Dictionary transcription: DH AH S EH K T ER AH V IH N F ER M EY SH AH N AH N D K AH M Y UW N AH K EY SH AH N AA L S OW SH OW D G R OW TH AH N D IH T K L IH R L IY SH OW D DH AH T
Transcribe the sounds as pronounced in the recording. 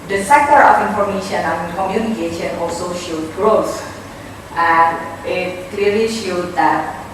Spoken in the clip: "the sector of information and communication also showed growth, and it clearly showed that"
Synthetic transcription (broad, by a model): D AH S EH K T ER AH F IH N F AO M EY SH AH N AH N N K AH M Y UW N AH K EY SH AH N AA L S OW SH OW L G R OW S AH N IH T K L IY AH L IY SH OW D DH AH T